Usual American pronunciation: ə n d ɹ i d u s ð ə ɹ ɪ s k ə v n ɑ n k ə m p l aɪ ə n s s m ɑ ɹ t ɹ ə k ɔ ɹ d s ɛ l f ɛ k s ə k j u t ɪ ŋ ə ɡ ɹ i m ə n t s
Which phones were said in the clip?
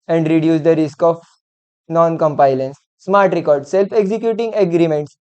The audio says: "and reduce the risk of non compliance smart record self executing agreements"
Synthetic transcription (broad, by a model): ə n d ɹ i d u s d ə ɹ ɪ s k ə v n ɑ n k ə m p aɪ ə n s s m ɑ ɹ t ɹ ə k ɔ ɹ d s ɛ l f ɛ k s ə k j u t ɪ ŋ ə ɡ ɹ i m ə n t s